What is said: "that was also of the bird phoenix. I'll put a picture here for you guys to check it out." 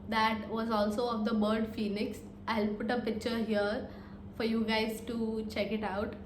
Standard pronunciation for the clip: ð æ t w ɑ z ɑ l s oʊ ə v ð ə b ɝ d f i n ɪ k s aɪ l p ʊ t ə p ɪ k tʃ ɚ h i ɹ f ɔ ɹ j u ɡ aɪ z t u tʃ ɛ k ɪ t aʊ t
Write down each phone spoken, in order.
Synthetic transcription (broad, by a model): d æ t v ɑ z ɑ l s oʊ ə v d ə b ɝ d f i n ɪ k s aɪ l p ʊ t ə p ɪ k tʃ ɚ h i ɹ f ɔ ɹ j u ɡ aɪ z t u tʃ ɛ k ɪ t aʊ t